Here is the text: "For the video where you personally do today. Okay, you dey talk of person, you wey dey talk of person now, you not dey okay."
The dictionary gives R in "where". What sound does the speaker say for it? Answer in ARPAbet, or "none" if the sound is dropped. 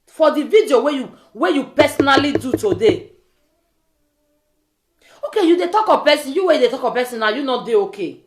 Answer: W